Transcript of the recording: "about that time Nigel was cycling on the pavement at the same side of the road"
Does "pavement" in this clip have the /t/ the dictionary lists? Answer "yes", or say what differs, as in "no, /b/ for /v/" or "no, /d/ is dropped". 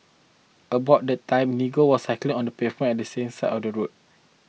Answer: no, /t/ is dropped